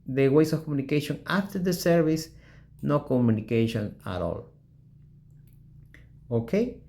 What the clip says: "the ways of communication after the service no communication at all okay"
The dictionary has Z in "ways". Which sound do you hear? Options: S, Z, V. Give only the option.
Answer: S